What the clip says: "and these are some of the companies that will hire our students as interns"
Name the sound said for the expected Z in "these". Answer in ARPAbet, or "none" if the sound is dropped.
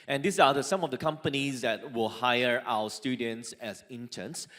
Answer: S